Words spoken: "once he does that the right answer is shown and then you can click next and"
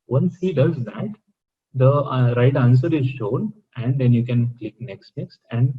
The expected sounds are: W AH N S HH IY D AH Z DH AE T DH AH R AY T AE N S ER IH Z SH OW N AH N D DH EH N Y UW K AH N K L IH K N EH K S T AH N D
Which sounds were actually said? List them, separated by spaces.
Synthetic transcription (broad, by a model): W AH N S HH IY D AH Z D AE T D AH R AY T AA N S ER IH Z SH OW N AH N D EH N Y UW K AH N K L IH K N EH K S T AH N D